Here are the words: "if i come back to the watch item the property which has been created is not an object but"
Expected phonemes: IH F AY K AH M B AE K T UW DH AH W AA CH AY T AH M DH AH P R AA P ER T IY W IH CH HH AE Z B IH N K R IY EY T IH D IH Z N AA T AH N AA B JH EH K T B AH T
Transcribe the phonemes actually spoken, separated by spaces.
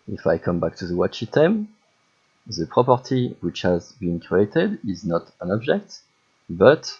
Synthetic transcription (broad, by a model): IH F AY K AH M B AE K T UW DH AH W AA CH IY T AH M DH AH P R AA P ER T IY W IH CH HH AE Z B IH N K R IY EY T IH D IH Z N AA T AH N AA B JH EH K T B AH T